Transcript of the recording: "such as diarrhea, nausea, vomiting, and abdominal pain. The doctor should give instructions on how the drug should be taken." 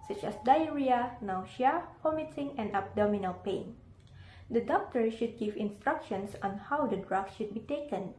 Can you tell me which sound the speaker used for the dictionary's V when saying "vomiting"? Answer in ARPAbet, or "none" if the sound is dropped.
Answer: P